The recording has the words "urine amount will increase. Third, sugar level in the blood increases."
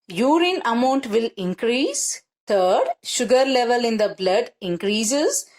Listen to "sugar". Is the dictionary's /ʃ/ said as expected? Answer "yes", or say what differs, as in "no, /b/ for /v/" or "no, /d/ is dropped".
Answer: yes